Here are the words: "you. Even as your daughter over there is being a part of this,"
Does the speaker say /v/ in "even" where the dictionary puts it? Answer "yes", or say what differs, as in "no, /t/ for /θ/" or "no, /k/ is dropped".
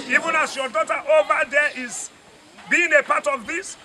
yes